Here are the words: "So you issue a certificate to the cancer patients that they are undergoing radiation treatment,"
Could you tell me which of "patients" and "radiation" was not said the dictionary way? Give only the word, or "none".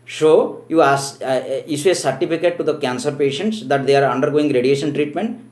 none